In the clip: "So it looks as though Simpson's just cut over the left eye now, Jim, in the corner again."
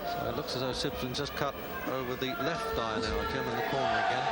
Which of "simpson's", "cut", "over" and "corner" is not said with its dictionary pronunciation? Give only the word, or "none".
simpson's